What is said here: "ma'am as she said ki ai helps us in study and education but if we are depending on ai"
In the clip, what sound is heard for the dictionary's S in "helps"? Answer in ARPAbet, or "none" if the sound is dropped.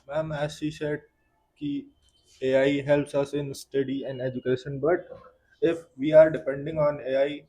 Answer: S